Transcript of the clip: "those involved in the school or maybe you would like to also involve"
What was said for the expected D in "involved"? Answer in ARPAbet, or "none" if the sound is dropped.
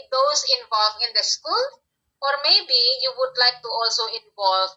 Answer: none